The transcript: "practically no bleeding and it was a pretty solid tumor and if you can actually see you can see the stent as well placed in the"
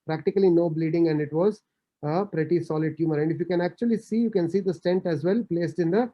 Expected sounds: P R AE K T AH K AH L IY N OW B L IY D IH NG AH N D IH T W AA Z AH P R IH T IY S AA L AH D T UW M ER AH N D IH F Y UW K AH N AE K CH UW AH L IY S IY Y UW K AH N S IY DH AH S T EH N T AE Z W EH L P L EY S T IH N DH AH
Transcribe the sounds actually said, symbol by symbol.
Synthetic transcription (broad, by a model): P R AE K T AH K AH L IY N OW B L IY D IH NG AH N D IH T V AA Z AH P R IH T IY S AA L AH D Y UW M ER AH N D IH F Y UW K AH N AE K CH UW AH L IY S IY Y UW K AH N S IY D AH S T EH N T AE Z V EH L P L EY S T IH N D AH